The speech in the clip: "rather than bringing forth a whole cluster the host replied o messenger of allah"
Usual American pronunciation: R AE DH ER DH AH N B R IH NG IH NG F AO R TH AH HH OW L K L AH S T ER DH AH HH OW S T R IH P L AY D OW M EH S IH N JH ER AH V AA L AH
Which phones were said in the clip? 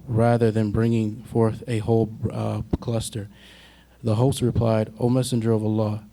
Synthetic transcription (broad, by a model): R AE DH ER DH AH N B R IH NG IH NG F AO R TH AH HH OW L K L AH S T ER DH AH HH OW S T R IH P L AY D OW M EH S IH N JH ER AH V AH L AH